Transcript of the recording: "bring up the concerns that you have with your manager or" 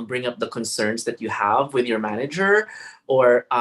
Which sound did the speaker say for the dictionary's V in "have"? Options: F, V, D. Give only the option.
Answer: V